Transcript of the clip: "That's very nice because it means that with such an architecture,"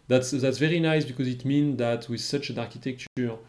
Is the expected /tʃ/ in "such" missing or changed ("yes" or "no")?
no